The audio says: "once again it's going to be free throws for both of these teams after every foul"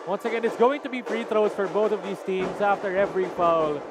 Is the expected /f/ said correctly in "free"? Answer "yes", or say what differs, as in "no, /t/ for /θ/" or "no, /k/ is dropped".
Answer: no, /p/ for /f/